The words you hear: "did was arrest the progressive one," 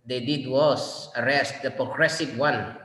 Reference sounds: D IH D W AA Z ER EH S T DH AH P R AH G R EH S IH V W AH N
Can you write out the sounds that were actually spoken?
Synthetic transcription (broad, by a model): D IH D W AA S ER EH S T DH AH P R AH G R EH S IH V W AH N